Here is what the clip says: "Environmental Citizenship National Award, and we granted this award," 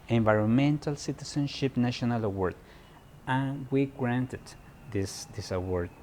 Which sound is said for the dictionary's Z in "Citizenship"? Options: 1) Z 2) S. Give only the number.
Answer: 2